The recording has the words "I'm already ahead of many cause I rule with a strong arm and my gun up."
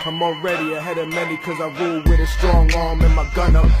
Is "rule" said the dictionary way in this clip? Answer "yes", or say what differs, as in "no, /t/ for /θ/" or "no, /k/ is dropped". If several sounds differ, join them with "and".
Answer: no, /w/ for /ɹ/